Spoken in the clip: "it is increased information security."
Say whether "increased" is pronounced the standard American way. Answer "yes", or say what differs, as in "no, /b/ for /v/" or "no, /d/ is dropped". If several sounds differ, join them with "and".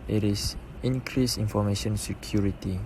no, /t/ is dropped